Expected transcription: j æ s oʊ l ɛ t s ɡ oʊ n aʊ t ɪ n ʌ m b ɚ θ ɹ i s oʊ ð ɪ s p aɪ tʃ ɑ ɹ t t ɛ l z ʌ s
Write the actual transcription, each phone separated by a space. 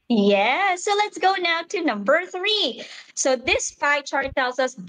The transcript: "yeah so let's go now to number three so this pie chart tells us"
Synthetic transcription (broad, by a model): j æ s oʊ l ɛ t s ɡ oʊ n aʊ t ɪ n ʌ m b ɚ θ ɹ i s oʊ ð ɪ s f aɪ tʃ ɑ ɹ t t ɛ l z ʌ s